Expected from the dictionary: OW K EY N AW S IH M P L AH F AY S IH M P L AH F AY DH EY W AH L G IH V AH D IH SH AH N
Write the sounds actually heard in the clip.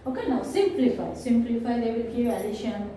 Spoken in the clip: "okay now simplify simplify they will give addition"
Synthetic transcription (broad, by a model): OW K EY N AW S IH M P L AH F AY S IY M P L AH F AY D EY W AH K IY AH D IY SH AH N